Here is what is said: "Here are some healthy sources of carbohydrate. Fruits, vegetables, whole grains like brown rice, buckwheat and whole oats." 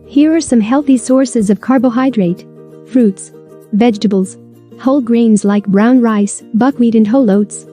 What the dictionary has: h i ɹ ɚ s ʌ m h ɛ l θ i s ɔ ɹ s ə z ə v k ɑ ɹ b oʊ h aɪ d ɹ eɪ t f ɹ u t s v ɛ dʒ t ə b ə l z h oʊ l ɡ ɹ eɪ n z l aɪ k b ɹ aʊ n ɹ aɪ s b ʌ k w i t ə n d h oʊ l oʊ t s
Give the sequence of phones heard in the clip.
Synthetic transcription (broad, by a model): h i ɹ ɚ s ʌ m h ɛ l θ i s ɔ ɹ s ə z ə v k ɑ ɹ b oʊ h aɪ d ɹ eɪ t f ɹ u t s v ɛ dʒ t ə b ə l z h oʊ l ɡ ɹ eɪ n z l aɪ k b ɹ aʊ n ɹ aɪ s b ʌ k w i t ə n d h oʊ l oʊ t s